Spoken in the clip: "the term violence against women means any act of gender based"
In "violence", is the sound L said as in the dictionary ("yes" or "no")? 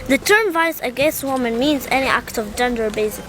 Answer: no